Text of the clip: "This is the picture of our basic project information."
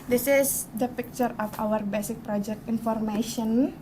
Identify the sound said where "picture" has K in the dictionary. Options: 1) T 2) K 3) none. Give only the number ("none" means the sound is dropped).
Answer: 2